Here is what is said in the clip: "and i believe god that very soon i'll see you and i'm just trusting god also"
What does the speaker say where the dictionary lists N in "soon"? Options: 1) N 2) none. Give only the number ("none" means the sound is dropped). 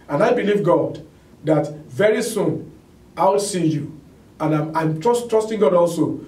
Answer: 1